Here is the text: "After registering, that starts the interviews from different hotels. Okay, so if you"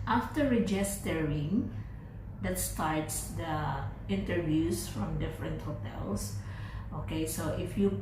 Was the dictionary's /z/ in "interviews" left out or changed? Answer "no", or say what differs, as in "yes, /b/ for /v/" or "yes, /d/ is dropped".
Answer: yes, /s/ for /z/